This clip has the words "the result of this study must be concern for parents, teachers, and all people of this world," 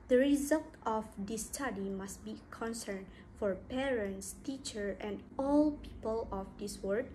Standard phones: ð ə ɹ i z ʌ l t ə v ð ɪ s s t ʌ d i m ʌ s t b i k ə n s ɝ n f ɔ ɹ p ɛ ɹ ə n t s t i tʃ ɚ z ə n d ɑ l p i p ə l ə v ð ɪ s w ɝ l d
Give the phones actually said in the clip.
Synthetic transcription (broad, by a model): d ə ɹ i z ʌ l t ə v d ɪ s s t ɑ d i m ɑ s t b i k ə n s ɝ n f ɔ ɹ p ɛ ɹ ə n t s t i tʃ ɚ ə n d ɑ l p i p ə l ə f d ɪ s w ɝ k